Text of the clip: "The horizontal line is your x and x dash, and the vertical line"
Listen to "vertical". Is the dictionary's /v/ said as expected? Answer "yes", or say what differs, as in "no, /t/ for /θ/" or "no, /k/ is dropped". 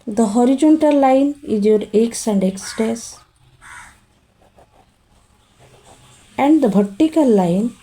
no, /b/ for /v/